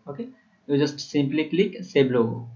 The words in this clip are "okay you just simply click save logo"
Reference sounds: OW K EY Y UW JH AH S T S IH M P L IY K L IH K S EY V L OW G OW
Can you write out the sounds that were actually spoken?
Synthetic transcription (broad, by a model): OW K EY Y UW JH AH S T S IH M P L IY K L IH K S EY B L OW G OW